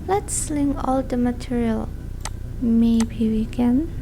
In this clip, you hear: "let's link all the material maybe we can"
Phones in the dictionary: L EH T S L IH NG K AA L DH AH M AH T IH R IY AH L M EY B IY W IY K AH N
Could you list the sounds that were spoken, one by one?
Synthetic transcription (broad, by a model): L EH T S L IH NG AA L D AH M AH T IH R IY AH L M EY B IY W IY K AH N